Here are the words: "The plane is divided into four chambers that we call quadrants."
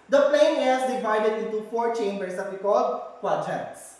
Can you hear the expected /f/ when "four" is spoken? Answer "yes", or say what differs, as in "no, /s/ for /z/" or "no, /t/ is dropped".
yes